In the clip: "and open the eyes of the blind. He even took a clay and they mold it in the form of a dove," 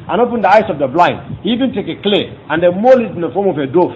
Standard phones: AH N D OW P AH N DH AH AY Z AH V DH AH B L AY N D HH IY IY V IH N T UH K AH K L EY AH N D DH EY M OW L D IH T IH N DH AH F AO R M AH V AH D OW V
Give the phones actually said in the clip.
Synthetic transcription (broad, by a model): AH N OW P AH N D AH AY S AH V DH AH B L AY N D HH IY IY V IH N T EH K AH K L EY AH N D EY M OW L IH T IH N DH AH F AO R M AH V AH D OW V